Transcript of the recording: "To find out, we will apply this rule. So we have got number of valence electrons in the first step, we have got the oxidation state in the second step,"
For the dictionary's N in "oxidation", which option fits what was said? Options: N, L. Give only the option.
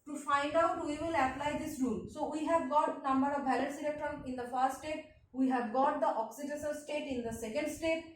L